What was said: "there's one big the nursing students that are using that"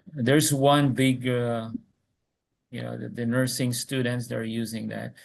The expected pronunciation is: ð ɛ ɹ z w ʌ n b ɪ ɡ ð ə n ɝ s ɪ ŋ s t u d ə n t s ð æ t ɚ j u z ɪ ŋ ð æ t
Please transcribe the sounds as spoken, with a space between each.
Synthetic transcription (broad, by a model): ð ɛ ɹ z w ʌ n b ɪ ɡ ð ə n ɝ s ɪ ŋ s t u d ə n t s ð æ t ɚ j u z ɪ ŋ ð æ t